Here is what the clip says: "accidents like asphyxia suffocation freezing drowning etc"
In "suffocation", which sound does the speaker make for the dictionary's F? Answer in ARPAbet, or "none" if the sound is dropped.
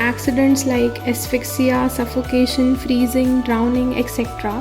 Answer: F